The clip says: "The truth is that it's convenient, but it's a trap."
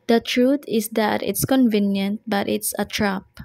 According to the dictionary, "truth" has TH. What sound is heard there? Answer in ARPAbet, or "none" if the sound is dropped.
T